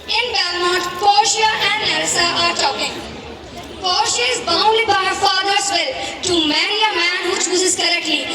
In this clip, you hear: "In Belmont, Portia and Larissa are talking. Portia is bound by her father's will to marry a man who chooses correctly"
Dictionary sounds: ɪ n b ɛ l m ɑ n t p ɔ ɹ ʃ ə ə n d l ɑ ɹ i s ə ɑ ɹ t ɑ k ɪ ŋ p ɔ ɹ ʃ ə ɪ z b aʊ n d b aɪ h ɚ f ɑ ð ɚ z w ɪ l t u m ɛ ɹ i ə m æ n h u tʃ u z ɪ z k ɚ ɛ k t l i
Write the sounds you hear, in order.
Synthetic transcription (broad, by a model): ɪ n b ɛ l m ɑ t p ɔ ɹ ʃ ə ə n d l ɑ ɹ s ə ɑ ɹ t ɑ k ɪ ŋ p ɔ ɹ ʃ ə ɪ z b aʊ n d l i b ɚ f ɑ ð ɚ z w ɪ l t u m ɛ ɹ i ə m æ n h u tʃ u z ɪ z k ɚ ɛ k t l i